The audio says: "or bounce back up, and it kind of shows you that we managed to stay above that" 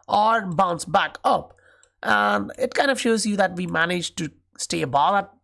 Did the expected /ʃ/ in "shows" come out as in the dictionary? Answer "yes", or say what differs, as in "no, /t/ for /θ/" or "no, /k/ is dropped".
yes